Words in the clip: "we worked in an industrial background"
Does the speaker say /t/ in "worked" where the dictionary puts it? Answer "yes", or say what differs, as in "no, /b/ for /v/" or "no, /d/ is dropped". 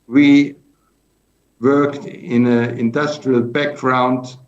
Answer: yes